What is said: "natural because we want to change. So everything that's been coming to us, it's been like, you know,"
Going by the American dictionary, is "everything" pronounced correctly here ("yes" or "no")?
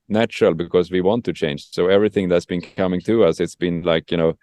yes